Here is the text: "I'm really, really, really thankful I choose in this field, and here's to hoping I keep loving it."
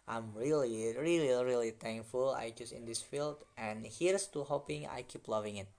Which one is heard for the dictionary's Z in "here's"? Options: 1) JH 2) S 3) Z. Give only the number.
2